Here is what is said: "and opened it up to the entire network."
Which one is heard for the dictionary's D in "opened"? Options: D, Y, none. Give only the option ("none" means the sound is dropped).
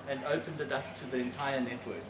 D